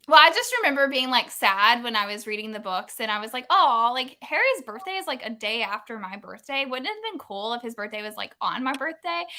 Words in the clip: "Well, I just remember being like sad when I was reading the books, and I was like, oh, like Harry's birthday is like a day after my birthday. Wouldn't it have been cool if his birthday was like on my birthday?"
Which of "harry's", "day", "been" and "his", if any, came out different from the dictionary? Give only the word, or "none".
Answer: none